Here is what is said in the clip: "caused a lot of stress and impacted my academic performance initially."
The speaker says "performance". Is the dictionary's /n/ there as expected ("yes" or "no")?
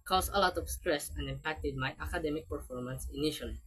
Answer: yes